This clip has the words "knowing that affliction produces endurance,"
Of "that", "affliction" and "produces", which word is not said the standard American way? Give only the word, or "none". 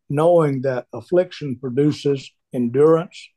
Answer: none